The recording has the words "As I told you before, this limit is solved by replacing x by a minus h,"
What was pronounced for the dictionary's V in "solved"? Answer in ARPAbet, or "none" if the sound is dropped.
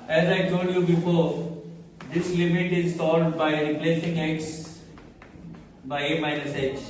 none